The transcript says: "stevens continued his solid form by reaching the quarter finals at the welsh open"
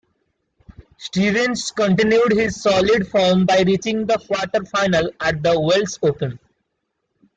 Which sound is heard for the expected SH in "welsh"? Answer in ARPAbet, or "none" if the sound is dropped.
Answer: S